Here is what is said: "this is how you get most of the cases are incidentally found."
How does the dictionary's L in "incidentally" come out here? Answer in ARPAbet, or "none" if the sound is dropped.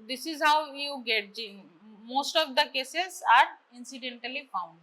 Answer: L